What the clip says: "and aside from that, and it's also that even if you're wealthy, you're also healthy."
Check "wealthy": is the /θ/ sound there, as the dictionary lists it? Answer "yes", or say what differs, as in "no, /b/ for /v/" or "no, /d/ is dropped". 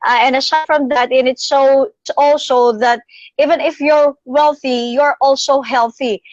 yes